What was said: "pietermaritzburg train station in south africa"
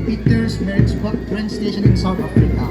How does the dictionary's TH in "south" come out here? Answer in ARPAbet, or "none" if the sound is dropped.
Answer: T